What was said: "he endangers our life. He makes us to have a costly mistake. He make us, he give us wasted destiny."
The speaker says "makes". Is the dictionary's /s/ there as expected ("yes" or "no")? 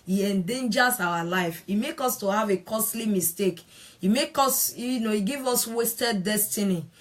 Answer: no